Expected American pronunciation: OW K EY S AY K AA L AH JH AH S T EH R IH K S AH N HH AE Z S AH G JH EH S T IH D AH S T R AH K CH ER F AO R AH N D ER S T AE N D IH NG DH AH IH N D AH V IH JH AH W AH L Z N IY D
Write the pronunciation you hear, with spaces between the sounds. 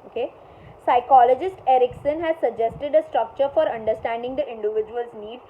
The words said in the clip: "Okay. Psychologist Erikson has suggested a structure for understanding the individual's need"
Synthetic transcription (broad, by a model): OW K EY S AY K AA L AH JH AH S T EH R IH K S AH N HH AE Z S AH G JH EH S T IH D AH S T R AH K CH ER F AO R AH N D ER S T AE N D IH NG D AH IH N D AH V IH JH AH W AH L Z N IY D